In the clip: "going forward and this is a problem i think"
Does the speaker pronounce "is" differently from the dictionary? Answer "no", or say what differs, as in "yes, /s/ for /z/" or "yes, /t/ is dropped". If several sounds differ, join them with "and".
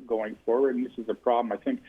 no